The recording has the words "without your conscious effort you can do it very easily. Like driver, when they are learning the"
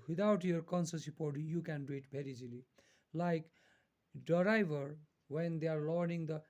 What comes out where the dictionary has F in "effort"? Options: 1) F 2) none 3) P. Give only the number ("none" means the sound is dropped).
3